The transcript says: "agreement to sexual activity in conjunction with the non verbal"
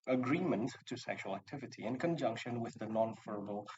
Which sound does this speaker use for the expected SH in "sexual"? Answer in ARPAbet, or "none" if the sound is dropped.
SH